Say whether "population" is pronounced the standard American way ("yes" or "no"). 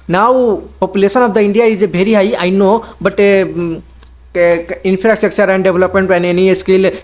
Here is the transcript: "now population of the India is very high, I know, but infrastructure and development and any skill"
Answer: no